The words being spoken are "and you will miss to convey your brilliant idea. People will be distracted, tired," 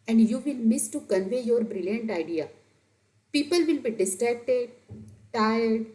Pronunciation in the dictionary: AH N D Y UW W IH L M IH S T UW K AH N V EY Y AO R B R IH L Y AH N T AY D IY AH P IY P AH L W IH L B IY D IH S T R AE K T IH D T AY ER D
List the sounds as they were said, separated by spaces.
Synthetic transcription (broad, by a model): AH N D Y UW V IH L M IH S T UW K AH N V EY Y AO R B R IH L Y AH N T AY D IY AH P IY P AH L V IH L B IY D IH S T R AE K T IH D T AY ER D